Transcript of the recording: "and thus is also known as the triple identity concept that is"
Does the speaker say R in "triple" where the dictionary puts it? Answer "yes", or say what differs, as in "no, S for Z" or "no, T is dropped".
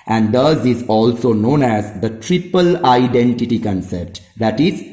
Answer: yes